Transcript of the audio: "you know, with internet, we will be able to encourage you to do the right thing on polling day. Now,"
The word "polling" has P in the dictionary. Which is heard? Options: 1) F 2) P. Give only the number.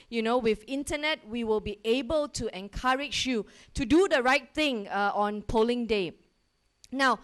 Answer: 2